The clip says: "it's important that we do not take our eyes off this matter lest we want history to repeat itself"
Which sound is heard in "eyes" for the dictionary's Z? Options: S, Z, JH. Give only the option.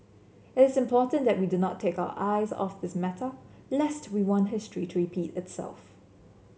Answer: Z